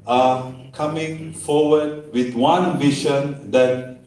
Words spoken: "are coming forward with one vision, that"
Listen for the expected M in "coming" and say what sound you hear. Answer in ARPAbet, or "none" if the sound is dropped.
M